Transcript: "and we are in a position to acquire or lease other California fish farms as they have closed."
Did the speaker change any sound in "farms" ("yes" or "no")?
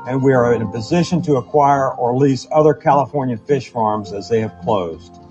no